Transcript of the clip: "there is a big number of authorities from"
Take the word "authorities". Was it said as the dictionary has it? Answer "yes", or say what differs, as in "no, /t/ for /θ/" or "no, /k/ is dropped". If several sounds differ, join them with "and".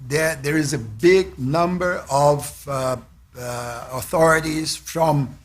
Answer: yes